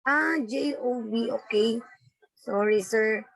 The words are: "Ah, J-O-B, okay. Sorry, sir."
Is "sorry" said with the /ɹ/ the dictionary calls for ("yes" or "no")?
yes